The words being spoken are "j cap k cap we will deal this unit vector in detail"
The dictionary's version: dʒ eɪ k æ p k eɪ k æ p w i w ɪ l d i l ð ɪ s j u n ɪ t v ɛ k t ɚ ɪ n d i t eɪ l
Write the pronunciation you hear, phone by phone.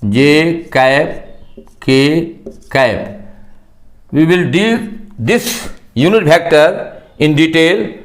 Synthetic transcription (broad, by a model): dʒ eɪ k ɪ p k eɪ k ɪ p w i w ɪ l d i l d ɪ s j u n ɪ t p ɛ k t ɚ ɪ n d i t eɪ l